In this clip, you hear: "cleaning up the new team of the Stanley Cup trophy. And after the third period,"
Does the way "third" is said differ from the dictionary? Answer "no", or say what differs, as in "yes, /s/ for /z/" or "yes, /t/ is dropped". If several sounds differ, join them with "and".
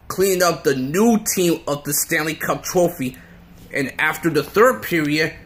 no